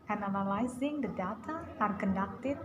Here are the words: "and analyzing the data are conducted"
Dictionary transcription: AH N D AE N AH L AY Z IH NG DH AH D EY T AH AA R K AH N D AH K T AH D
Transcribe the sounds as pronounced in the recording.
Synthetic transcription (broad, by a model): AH N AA L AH L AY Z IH NG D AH D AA T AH AA R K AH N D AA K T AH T